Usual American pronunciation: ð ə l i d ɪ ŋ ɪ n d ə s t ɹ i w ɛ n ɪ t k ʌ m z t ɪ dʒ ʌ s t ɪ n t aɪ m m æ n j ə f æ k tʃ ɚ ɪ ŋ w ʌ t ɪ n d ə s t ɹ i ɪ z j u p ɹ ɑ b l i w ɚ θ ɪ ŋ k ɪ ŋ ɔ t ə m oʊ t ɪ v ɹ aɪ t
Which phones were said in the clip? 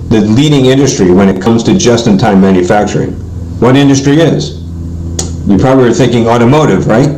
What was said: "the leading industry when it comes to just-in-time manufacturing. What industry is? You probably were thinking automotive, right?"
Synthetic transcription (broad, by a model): ð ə l i d ɪ ŋ ɪ n d ə s t ɹ i w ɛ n ɪ t k ʌ m z t ɪ dʒ ʌ s t ɪ n t aɪ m m æ n j ə f æ k tʃ ɚ ɪ ŋ w ʌ t ɪ n d ə s t ɹ i ɪ z j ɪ p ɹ ɑ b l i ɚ θ ɪ ŋ k ɪ ŋ ɔ t ə m oʊ t ɪ v ɹ aɪ t